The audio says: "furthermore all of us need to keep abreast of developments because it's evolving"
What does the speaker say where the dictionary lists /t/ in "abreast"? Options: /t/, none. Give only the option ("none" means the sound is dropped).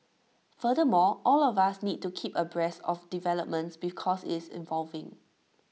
none